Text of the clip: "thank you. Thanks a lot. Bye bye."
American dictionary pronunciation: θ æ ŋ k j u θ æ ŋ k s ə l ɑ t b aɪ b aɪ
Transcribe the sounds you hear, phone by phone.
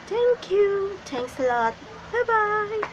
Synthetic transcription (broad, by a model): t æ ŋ k j u t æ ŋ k s ə l ɑ t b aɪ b aɪ